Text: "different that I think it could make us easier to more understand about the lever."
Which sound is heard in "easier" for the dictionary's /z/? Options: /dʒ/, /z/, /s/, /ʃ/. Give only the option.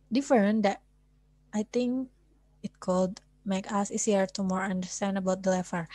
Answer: /s/